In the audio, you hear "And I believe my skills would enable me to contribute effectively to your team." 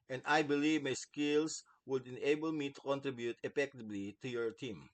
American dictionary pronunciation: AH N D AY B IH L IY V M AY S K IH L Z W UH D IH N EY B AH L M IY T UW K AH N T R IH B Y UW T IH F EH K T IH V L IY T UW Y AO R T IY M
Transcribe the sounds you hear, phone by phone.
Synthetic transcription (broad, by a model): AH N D AY B IH L IY V M AY S K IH L S W UH D IH N EY B AH L M IY T UW K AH N T R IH B Y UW T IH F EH K T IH B L IY T UW Y AO R T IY M